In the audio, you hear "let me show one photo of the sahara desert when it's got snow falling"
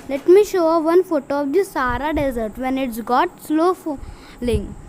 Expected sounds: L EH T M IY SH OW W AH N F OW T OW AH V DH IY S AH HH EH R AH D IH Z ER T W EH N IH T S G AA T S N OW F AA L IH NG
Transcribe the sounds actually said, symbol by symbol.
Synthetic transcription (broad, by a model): L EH T M IY SH OW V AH N F OW T OW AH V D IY S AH R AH D IH Z ER T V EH N IH T S G AA T S L OW F L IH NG